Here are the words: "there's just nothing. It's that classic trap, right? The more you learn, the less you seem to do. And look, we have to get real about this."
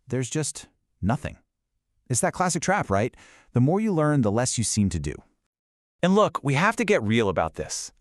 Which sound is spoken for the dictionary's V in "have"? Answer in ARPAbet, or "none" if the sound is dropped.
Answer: F